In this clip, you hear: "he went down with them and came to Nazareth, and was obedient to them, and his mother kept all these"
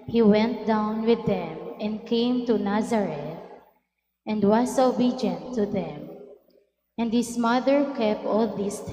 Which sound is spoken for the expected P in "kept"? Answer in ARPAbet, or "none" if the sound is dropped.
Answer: P